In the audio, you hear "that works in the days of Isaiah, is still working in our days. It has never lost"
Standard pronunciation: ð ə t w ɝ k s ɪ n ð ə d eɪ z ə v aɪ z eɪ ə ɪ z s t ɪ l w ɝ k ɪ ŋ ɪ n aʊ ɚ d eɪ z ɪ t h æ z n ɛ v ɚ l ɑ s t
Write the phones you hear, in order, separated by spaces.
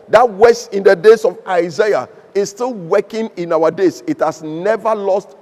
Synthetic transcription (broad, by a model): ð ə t w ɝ s ɪ n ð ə d eɪ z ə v aɪ z eɪ ə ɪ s s t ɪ l w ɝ k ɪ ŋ ɪ n aʊ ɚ d eɪ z ɪ t h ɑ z n ɛ v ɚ l ɑ s t